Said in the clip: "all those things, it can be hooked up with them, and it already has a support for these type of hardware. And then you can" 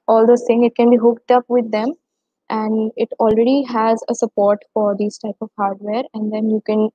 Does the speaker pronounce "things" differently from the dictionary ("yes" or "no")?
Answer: yes